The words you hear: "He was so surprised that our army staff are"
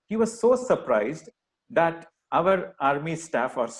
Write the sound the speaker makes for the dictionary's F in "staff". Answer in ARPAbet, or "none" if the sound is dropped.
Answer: F